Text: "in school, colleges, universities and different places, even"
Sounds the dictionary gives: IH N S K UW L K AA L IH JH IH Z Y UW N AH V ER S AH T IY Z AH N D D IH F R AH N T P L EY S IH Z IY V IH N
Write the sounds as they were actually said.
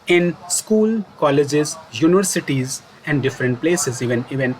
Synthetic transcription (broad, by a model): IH N S K UW L K AA L IH JH IH Z Y UW N AH V ER S AH T IY Z AH N D D IH F R AH N T P L EY S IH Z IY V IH N